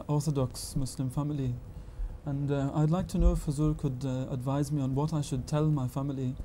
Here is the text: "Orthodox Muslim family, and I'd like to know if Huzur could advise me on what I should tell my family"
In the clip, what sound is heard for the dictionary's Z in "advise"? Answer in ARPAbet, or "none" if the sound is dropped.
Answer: Z